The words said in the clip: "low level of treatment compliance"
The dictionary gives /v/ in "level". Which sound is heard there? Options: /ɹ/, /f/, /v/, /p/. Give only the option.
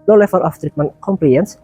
/f/